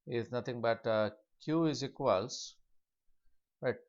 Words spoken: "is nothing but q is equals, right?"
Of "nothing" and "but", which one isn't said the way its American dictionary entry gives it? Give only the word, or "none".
nothing